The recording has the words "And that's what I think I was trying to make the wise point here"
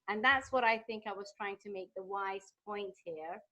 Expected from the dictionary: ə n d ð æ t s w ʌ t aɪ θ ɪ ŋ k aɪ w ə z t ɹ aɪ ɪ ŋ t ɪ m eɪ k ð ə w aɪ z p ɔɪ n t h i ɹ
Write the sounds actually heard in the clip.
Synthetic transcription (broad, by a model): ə n ð æ t s w ʌ t aɪ θ ɪ ŋ k aɪ w ə z t ɹ aɪ ɪ ŋ t ɪ m eɪ k ð ə w aɪ z p ɔɪ n t h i ɹ